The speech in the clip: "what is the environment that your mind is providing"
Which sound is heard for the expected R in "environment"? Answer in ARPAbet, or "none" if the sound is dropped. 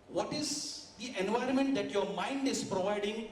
R